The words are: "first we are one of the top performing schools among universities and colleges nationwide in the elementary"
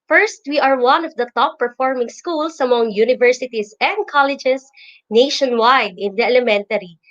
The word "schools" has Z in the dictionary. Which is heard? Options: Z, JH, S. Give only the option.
S